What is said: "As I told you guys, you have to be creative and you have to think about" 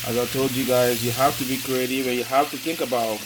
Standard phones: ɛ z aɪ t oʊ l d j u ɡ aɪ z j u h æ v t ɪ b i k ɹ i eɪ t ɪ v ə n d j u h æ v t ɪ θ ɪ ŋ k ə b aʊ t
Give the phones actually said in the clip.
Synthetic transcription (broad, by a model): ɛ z aɪ t oʊ l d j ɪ ɡ aɪ z j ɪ h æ f t ɪ b i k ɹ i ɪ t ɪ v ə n j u h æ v t ɪ θ ɪ ŋ k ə b aʊ t